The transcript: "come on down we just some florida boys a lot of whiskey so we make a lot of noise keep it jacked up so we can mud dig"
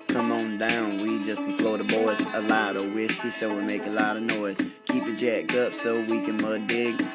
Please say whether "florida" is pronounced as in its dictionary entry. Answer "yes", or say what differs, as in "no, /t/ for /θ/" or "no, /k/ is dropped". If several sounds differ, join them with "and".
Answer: no, /ɹ/ is dropped